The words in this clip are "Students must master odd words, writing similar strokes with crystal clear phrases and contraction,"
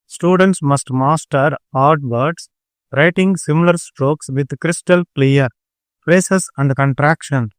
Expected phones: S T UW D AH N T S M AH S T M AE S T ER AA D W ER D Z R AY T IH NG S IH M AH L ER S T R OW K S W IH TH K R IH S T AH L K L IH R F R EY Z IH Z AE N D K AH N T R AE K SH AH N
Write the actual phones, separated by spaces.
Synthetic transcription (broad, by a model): S T UW D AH N T S M AH S T M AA S T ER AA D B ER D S R AY T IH NG S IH M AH L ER S T R OW K S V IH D K R IH S T AH L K L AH R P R EY S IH S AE N D K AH N T R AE K SH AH N